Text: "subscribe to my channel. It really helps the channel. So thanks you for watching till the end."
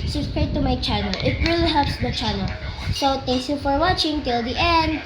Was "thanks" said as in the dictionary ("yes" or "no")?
no